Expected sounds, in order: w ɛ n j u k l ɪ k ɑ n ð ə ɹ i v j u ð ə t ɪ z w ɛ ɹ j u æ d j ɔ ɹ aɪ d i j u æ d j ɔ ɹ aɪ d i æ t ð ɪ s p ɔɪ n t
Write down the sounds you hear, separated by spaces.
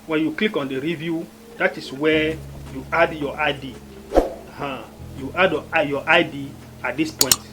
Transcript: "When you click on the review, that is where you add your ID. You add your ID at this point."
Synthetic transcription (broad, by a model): w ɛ n j u k l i k ɑ n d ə ɹ i v j u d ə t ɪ s w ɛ j u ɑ d j ɔ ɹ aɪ d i j u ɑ d j ɔ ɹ aɪ d i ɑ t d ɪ s p ɔɪ n t